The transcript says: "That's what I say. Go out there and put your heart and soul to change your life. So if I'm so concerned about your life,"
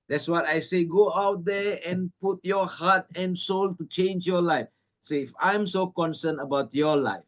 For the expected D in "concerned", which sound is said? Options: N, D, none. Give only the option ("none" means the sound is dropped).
none